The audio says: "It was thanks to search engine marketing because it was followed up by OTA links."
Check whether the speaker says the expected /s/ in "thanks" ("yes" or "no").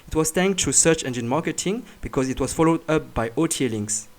no